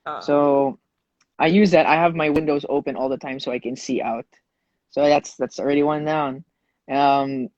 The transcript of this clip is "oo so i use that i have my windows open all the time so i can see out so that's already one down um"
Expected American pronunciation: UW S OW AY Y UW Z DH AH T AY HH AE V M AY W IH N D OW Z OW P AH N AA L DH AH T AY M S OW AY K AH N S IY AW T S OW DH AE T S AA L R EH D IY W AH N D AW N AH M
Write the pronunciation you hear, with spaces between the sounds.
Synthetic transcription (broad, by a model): S OW AY Y UW Z DH AH T AY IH V M AY W IH N D OW Z OW P AH N AA L DH AH T AY M S OW AY K AH N S IY AW T S OW DH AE T S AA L R EH D IY W AH N D AW N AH M